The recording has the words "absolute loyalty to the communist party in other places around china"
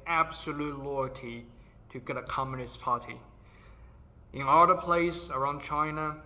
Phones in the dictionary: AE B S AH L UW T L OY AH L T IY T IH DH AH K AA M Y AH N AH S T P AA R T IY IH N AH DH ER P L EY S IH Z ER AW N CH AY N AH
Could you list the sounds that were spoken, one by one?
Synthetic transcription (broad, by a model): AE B S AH L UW T L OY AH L T IY T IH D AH K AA M Y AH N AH S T P AA R T IY IH N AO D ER P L EY IH S ER AW N CH AY N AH